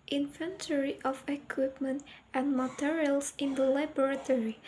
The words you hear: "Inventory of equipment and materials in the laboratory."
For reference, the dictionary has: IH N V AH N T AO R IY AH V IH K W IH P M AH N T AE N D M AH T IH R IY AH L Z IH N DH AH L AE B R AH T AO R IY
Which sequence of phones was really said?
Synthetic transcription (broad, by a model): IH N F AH N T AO R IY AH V IH K W IH P M AH N T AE N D M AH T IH R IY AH L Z IH N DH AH L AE B R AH T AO R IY